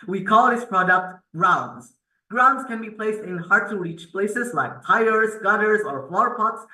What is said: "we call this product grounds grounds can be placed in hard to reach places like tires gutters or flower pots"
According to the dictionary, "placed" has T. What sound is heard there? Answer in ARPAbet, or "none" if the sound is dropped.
T